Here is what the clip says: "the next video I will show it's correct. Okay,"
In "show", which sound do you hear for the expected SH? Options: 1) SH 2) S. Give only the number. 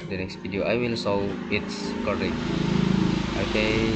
2